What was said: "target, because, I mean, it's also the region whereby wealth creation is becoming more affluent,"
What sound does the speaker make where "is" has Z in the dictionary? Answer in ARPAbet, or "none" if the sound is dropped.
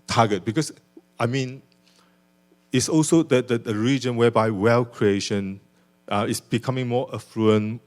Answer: S